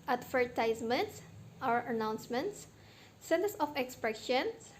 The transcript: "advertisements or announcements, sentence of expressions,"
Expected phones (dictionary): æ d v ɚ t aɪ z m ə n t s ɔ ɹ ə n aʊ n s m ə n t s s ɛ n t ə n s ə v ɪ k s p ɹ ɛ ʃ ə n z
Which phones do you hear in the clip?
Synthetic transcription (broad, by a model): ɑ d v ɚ t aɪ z m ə n t s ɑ w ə n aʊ n s m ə n t s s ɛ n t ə s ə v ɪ k s p ɹ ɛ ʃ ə n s